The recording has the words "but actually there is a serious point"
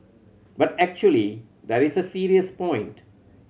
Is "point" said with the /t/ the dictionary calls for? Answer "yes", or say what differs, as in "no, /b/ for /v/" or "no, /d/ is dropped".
yes